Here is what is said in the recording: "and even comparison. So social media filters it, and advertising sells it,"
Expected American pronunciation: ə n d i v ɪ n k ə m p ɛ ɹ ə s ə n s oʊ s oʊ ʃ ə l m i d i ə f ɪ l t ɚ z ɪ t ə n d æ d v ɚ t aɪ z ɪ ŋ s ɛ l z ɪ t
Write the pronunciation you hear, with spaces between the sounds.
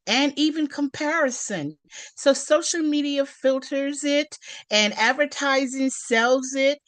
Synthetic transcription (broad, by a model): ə n i v ɪ n k ə m p ɛ ɹ ə s ə n s oʊ s oʊ ʃ l m i d i ə f ɪ l t ɚ z ɪ t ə n æ d v ɚ t aɪ z ɪ ŋ s ɛ l z ɪ t